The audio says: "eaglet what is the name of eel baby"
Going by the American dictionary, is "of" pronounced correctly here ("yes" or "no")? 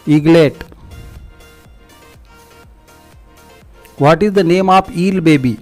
no